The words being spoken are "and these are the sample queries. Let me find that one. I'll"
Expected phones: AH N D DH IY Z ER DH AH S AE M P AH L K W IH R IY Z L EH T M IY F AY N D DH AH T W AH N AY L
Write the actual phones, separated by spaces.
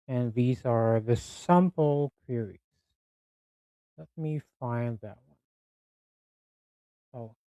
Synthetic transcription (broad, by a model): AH N DH IY Z ER DH AH S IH M P L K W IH R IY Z L EH T M IY F AY N DH AH T W AH N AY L